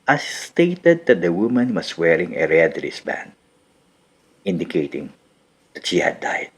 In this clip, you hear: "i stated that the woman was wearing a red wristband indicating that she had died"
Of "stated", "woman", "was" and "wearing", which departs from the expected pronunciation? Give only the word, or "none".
was